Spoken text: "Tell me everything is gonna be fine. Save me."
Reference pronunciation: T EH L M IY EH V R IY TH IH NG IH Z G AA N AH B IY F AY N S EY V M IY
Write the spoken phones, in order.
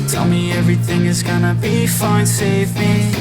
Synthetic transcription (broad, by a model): T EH L M IY EH V R IY TH IH NG IH Z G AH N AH B IY F AY N S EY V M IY